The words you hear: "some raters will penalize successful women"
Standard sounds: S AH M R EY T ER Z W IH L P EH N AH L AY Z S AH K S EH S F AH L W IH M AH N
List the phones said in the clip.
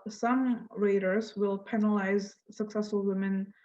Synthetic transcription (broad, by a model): S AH M R EY T ER Z W IH L P EH N AH L AY Z S AH K S EH S F AH L W IH M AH N